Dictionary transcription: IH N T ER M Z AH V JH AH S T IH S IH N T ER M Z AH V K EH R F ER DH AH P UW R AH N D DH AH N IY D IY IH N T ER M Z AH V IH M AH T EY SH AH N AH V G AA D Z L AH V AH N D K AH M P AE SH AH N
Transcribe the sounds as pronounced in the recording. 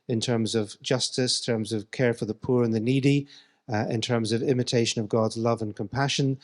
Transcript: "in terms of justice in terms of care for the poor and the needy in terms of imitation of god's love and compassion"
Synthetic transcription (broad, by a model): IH N T ER M Z AH V JH AH S T IH S T ER M Z AH V K EH R F ER DH AH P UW R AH N DH AH N IY D IY IH N T ER M Z AH V IH M AH T EY SH AH N AH V G AA D Z L AH V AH N K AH M P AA SH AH N